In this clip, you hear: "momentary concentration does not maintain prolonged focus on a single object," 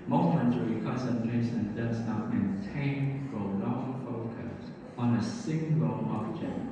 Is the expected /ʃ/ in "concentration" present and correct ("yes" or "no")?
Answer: no